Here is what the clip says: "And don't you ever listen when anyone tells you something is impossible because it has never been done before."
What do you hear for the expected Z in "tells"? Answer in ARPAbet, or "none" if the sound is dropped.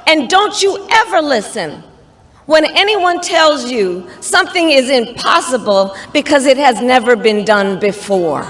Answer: Z